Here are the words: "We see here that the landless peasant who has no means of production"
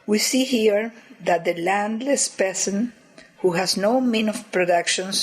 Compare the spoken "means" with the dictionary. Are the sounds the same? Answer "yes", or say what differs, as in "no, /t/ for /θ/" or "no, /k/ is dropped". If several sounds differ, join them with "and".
no, /z/ is dropped